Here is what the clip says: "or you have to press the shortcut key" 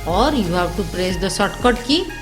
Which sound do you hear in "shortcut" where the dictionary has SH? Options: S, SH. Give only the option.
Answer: S